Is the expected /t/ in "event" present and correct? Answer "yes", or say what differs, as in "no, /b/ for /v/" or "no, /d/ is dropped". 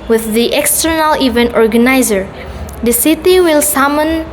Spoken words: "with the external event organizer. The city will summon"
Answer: yes